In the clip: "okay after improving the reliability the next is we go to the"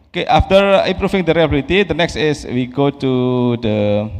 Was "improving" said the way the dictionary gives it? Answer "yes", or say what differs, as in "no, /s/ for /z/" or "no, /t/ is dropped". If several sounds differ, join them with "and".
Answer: no, /f/ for /v/